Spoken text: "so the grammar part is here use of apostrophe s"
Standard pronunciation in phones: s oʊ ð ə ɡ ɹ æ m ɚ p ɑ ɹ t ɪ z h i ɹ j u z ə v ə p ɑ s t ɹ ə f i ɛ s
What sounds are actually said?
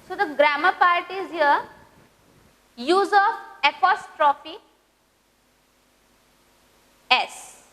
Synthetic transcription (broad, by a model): s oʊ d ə ɡ ɹ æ m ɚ p ɑ ɹ t ɪ z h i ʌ j u z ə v ə p ɑ s t ɹ ə f i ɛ s